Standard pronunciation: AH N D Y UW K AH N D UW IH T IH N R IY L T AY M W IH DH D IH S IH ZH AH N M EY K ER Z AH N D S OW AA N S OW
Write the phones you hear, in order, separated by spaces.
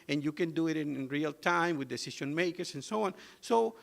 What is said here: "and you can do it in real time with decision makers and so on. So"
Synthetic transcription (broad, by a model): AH N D Y UW K AH N D UW IH T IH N R IY L T AY M W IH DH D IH S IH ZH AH N M EY K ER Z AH N S OW AA N S OW